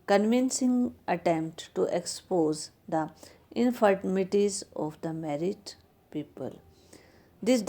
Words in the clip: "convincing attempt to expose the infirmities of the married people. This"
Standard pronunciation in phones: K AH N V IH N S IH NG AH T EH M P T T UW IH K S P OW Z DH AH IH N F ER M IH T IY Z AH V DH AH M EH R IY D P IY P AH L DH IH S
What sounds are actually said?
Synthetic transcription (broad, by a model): K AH N V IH N S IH NG AH T EH M P T T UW IH K S P OW Z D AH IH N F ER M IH T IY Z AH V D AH M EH R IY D P IY P AH L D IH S